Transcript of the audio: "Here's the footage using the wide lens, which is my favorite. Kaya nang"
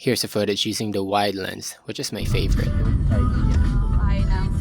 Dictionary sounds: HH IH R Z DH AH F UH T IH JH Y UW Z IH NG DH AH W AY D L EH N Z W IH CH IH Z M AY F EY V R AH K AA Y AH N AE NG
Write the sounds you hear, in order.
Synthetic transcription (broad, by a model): HH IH R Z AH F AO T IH Z Y UW Z IH NG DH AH W AY D L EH N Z W IH CH IH Z M AY F EY V AH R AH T